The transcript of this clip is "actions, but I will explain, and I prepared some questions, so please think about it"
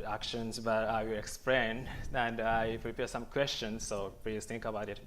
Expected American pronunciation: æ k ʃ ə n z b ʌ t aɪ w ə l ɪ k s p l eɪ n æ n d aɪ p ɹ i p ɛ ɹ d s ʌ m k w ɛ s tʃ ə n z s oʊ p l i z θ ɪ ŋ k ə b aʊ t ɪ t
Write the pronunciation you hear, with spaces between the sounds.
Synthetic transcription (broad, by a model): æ k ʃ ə n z b ʌ t aɪ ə ɪ k s p l eɪ n æ n d aɪ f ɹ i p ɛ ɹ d s ʌ m k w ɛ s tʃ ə n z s oʊ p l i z t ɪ ŋ k ə b aʊ t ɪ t